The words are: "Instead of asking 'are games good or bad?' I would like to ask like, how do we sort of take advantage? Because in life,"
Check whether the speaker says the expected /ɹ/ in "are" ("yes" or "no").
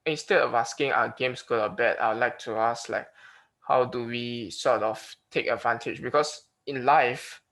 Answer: no